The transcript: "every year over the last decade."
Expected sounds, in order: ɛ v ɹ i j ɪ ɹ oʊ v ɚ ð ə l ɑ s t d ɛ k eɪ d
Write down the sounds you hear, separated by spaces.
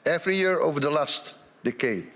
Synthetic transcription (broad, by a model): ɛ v ɹ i j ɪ ɹ oʊ v ɚ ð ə l ɑ s t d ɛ k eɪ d